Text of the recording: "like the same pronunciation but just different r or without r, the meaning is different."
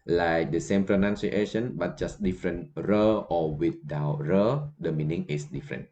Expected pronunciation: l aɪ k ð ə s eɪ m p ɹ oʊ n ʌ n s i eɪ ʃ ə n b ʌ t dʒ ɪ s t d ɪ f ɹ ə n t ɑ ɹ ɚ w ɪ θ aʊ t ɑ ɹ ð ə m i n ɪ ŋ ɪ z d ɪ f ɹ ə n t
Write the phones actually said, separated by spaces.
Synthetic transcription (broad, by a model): l aɪ k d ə s eɪ m p ɹ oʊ n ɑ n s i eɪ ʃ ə n b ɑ t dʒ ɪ s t d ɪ f ɹ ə n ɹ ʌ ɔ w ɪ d aʊ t ɹ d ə m i n ɪ ŋ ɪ s d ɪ f ɹ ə n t